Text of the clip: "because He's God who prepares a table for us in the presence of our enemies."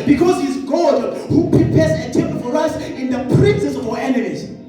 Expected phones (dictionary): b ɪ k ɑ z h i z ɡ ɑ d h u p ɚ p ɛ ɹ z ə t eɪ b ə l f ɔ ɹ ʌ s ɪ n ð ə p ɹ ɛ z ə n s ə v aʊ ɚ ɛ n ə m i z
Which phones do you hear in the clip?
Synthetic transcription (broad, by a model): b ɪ k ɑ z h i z ɡ ɑ d h u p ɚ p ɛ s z ə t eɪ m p f ɔ ɹ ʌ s ɪ n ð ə p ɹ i s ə s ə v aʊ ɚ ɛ n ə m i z